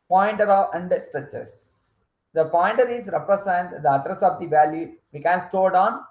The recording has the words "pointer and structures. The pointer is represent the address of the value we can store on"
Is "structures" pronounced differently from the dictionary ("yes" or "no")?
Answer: yes